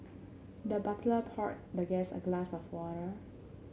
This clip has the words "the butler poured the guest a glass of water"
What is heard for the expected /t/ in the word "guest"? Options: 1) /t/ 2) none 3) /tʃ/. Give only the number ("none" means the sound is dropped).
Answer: 2